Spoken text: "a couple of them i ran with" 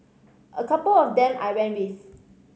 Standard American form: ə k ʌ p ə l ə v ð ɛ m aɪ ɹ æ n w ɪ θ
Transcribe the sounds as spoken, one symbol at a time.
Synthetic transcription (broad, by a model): ə k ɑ p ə l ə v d ɛ m aɪ w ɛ n w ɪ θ